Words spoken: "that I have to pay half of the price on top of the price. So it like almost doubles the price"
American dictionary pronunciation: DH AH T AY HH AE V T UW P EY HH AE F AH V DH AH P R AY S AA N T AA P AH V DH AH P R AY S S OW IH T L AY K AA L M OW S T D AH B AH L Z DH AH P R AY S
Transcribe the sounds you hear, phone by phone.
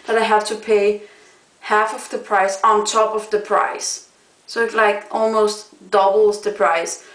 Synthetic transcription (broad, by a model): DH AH T AY HH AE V T UW P EY HH AE F AH V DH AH P R AY S AA N T AA P AH V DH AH P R AY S S OW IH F L AY K AA L M OW S T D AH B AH L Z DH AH P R AY S